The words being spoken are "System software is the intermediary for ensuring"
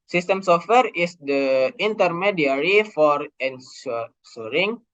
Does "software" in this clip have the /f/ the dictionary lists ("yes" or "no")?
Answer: yes